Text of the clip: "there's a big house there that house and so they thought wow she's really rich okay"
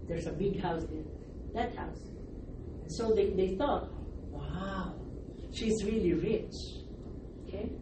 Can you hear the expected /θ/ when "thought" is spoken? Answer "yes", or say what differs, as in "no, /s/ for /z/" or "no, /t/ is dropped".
yes